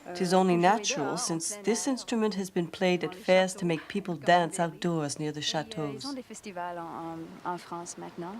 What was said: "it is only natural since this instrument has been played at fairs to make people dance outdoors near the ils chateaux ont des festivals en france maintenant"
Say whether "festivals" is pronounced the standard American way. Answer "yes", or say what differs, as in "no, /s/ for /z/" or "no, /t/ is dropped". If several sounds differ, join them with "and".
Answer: no, /z/ is dropped